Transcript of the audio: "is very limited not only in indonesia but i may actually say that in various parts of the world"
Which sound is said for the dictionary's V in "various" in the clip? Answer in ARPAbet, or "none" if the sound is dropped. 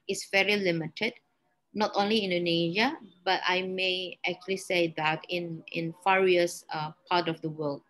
F